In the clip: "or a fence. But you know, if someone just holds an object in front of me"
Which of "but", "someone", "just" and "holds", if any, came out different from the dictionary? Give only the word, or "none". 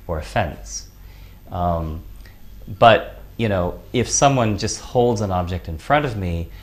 none